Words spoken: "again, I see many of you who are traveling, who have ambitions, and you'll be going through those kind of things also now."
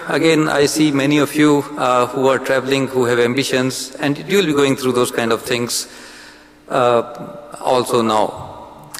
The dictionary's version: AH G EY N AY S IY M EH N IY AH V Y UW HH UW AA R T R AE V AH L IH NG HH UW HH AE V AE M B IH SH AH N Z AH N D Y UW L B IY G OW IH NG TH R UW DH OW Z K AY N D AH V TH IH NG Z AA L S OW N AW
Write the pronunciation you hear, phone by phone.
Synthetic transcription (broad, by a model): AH G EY N AY S IY M EH N IY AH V Y UW HH UW AA R T R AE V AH L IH NG HH UW HH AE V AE M B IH SH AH N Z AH N D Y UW L B IY G OW IH NG T R UW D OW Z K AY N D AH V T IH NG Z AA L S OW N AW